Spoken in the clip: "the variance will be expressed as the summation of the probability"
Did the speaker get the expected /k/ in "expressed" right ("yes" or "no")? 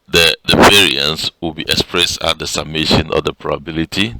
yes